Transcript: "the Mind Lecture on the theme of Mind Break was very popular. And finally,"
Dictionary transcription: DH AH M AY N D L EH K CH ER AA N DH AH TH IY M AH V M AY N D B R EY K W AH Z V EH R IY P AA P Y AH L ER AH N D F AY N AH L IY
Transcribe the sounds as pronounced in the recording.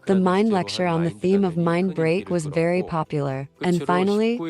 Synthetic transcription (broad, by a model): DH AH M AY N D L EH K CH ER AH N DH AH TH IY M AH V M AY N B R EY K W AH Z V EH R IY P AA P Y L ER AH N F AY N L IY